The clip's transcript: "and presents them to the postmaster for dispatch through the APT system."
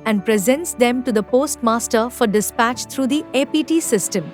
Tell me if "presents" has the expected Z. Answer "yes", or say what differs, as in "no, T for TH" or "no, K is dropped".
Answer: yes